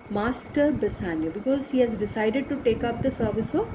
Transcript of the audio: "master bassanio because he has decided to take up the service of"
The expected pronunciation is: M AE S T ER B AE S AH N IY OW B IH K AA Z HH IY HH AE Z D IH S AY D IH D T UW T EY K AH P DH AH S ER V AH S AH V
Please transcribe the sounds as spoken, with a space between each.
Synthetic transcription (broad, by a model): M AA S T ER B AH S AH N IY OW B IH K AA Z HH IY HH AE Z D IH S AY D IH D T UW T EY K AH P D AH S ER V AH S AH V